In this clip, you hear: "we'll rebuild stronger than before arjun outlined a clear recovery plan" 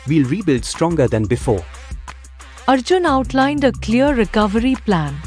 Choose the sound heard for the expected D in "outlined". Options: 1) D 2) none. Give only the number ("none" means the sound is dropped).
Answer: 1